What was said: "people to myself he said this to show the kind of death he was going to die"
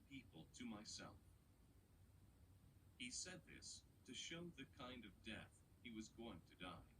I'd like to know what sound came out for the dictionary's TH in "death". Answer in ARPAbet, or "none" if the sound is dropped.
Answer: TH